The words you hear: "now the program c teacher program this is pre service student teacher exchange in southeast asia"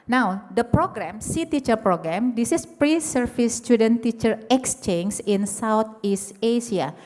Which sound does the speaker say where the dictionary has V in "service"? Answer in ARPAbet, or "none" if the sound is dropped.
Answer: F